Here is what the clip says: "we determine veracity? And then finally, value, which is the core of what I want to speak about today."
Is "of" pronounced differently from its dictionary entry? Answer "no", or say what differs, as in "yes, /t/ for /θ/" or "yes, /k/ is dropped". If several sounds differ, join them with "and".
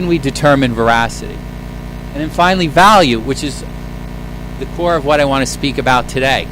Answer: no